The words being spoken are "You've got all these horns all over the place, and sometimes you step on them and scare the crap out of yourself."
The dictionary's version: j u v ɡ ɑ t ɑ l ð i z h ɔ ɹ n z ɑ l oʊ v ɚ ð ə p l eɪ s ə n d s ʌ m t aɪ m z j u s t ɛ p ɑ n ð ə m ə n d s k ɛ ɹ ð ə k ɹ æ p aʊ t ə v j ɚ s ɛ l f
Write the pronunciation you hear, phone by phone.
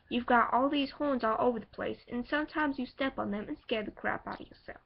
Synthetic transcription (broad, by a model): j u v ɡ ɑ t ɑ l ð i z h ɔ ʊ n z ɑ l oʊ v ɚ ð ə p l eɪ s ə n s ʌ m t aɪ m z j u s t ɛ p n ð ə m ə n s k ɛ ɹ ð ə k ɹ æ p aʊ t ə v j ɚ s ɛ l f